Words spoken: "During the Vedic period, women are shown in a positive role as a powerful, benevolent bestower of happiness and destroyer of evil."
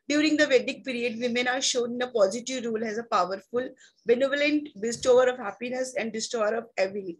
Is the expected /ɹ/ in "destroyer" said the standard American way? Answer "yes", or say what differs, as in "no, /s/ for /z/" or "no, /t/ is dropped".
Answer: no, /ɹ/ is dropped